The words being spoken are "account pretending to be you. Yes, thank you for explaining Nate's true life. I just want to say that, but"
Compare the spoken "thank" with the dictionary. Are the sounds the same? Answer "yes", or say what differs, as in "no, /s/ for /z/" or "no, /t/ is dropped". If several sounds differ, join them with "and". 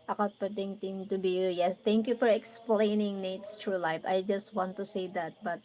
no, /t/ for /θ/